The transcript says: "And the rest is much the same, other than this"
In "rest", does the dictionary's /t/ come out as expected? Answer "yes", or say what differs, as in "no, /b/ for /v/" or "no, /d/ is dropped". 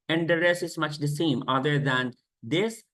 no, /t/ is dropped